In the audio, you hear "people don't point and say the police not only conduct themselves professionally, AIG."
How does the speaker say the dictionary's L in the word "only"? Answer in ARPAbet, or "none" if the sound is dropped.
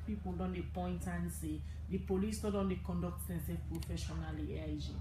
none